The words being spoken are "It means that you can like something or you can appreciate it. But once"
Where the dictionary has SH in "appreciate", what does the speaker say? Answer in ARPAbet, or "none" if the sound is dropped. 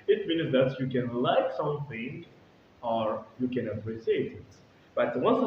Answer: S